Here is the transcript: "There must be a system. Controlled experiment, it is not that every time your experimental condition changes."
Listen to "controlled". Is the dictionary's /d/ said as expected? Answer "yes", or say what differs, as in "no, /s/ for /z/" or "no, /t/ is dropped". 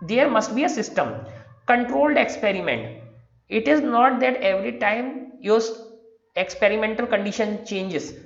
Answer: yes